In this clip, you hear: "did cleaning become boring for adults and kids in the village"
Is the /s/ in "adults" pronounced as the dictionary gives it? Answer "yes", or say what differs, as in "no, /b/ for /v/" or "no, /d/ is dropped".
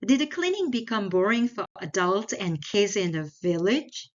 no, /s/ is dropped